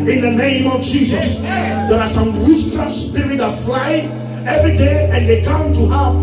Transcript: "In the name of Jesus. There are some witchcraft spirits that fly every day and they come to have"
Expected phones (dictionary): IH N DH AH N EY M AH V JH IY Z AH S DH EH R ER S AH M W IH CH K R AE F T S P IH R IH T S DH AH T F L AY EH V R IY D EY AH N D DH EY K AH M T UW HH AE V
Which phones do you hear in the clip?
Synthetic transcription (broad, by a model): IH N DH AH N EY M AH V JH IY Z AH S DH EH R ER S AH M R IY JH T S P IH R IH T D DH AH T F L AY EH V R IY D EY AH N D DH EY K AH M T UW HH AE